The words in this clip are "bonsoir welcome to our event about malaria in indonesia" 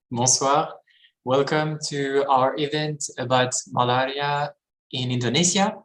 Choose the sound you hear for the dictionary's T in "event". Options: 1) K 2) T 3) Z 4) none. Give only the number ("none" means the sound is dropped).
2